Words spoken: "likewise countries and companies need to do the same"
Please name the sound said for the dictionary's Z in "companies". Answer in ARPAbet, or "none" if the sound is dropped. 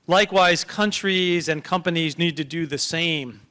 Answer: Z